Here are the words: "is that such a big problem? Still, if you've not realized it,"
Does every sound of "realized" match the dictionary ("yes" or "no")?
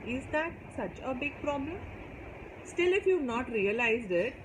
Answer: yes